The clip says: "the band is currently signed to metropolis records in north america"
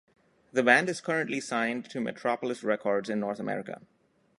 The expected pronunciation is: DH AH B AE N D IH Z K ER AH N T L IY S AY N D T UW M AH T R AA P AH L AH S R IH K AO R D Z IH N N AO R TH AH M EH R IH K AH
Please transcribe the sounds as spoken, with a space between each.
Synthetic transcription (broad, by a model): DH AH B AE N D IH Z K ER AH N T L IY S AY N D T UW M AH T R AA P AH L AH S R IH K AO R D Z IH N N AO R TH AH M EH R IH K AH